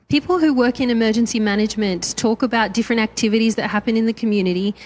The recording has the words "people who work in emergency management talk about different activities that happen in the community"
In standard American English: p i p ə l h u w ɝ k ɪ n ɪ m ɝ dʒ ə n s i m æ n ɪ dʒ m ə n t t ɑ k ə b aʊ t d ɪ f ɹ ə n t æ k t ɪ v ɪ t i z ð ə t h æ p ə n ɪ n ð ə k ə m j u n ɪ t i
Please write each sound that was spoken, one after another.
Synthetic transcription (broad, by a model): p i p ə l h u w ɝ k ɪ n ɪ m ɝ dʒ ə n s i m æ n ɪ dʒ m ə n t t ɑ k ə b aʊ t d ɪ f ɹ ə n t æ k t ɪ v ɪ t i z ð ə t h æ p ə n ɪ n ð ə k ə m j u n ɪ t i